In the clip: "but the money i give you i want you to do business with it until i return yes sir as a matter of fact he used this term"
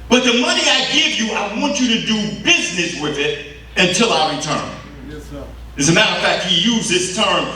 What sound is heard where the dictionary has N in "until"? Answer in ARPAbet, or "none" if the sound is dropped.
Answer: N